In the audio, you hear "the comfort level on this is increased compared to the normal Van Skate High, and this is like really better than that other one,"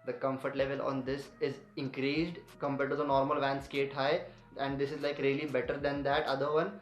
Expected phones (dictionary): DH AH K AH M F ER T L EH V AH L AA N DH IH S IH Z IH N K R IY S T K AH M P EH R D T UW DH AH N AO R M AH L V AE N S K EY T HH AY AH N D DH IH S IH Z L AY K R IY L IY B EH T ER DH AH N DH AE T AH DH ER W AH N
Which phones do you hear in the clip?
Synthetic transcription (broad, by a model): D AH K AH M F ER T L EH V AH L AA N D IH S IH Z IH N K R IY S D K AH M P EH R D T UW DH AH N AO R M AH L V AE N S K EY T HH AY AH N D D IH S IH Z L AY K R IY L IY B EH T ER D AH N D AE T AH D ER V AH N